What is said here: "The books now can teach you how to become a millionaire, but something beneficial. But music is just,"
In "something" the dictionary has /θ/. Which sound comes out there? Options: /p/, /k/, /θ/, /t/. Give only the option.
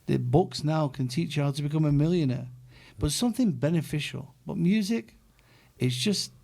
/θ/